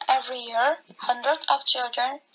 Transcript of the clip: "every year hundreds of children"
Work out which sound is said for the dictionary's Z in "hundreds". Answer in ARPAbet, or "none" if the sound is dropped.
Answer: none